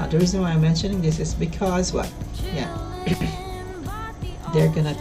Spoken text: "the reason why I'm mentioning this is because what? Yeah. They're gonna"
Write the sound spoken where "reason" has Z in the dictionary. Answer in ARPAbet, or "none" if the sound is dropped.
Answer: Z